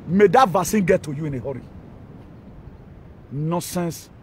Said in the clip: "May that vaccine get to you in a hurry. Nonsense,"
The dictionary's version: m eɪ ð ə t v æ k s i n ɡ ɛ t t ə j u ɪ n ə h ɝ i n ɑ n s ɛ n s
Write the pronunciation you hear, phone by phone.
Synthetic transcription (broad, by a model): m eɪ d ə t v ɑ s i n ɡ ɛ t t ə j u ɪ n ə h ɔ i n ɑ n s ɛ n s